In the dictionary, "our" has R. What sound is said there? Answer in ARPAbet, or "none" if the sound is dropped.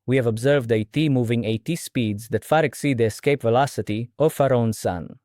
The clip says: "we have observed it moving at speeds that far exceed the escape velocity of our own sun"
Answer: R